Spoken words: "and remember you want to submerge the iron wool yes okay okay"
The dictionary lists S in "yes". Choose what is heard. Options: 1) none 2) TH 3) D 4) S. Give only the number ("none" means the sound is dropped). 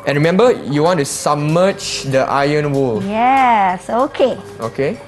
4